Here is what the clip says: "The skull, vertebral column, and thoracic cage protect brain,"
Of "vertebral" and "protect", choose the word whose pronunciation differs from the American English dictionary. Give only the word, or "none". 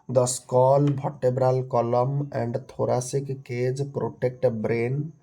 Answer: vertebral